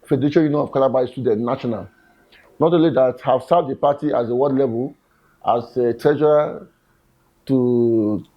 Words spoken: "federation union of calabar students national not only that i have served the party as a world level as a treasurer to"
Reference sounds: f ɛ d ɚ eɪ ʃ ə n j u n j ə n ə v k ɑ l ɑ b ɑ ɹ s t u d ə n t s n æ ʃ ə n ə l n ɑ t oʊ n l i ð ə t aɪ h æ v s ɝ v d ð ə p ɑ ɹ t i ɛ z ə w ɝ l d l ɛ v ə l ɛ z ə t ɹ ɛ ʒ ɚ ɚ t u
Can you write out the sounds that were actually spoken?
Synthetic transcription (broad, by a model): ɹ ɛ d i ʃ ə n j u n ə ə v k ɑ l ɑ b ɑ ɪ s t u d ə n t n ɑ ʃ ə n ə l n ɑ t oʊ n l i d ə t h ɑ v s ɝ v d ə p ɑ t i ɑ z ə w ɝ d l ɛ v ə l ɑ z ə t ɹ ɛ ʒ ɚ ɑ t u